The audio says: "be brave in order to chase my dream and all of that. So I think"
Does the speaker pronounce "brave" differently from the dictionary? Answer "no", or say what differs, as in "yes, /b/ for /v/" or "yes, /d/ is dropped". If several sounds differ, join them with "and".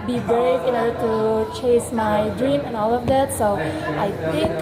yes, /ɹ/ is dropped